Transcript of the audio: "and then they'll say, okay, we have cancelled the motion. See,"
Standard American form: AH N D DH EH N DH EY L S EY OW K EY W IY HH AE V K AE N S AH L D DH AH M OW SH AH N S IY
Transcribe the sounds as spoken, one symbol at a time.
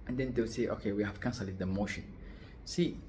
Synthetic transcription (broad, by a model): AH N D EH N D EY W S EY OW K EY W IY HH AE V K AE N S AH L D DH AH M OW SH AH N S IY